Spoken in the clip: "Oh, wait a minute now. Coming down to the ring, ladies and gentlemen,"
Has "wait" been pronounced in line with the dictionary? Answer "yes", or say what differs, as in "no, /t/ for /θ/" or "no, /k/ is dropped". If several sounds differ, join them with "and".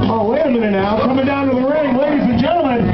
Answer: no, /t/ is dropped